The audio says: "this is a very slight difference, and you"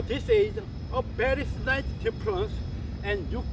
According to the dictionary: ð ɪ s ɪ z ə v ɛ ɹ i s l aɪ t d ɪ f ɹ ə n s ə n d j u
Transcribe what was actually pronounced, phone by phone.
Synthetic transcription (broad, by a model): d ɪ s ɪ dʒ ə b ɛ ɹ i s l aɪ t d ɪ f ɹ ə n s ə n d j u